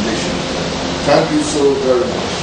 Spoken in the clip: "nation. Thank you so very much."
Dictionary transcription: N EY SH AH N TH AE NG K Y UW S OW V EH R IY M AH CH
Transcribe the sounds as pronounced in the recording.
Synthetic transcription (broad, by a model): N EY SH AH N T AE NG K Y UW S OW V EH R IY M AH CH